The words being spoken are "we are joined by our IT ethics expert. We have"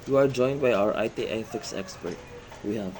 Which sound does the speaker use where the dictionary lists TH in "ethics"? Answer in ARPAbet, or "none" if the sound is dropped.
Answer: F